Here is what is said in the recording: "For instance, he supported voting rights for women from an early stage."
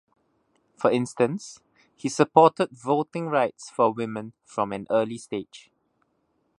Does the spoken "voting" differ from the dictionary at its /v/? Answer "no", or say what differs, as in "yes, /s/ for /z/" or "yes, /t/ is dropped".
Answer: no